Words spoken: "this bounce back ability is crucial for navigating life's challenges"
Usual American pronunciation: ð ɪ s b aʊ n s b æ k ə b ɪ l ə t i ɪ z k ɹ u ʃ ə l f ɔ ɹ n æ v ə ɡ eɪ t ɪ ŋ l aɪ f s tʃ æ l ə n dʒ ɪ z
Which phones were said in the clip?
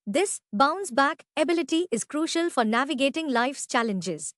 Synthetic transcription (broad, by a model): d ɪ s b aʊ n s b æ k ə b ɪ l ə t i ɪ z k ɹ u ʃ ə l f ɔ ɹ n æ v ə ɡ eɪ t ɪ ŋ l aɪ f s tʃ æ l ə n dʒ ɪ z